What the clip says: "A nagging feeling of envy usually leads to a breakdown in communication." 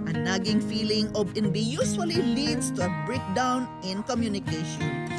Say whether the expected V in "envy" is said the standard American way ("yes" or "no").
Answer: no